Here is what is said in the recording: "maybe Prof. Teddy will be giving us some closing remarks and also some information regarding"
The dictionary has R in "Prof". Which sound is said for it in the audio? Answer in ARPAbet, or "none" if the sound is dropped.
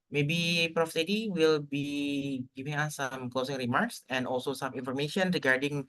R